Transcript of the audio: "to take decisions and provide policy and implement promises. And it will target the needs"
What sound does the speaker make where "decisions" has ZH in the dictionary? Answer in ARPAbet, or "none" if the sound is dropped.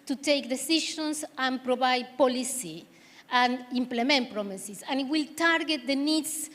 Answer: SH